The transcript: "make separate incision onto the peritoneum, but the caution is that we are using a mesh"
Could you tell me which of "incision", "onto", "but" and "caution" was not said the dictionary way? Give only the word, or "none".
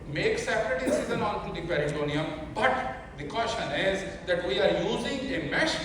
incision